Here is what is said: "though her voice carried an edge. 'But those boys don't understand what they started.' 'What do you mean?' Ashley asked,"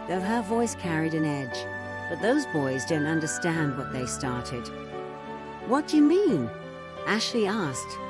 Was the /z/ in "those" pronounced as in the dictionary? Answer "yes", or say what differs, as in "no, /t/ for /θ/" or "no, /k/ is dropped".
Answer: yes